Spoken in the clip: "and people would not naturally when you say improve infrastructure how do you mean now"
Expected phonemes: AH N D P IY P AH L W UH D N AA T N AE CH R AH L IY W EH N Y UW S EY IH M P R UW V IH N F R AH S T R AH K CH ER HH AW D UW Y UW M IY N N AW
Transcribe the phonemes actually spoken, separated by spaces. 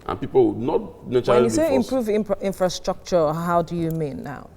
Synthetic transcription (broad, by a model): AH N P IY P AH L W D N AA T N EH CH AH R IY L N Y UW S EY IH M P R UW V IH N F R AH S T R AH K CH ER HH AW D UW Y UW M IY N N AW